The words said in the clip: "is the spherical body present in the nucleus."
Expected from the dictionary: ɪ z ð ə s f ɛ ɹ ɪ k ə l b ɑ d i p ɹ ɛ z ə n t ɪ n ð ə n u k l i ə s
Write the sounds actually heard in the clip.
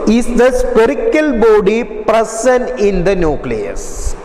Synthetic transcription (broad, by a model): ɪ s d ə s p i ɹ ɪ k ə l b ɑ d i p ɹ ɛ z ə n ɪ n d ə n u k l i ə s